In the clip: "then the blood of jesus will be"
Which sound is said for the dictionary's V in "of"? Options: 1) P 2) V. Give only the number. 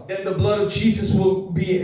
2